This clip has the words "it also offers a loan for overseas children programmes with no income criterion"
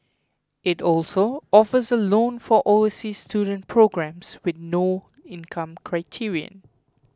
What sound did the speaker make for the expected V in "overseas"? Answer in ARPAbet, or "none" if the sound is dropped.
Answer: none